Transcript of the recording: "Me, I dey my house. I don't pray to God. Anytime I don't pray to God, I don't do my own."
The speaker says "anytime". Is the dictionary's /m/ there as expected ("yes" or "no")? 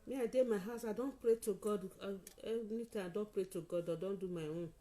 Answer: no